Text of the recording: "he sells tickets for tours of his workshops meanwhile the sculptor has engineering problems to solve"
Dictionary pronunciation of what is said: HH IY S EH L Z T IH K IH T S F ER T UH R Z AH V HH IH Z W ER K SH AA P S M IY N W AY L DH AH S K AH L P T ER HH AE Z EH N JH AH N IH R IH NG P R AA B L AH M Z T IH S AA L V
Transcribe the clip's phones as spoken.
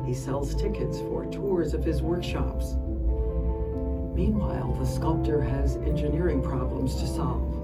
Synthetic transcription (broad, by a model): HH IY S EH L Z T IH K IH T S F ER T UH R Z AH V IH Z W ER K SH AA P S M IY N W AY L DH AH S K AH L P T ER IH Z EH N JH AH N IH R IH NG P R AA B L AH M Z T IH S AA L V